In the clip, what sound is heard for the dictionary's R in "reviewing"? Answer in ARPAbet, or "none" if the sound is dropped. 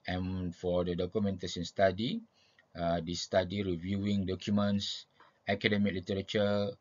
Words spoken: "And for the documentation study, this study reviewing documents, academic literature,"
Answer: R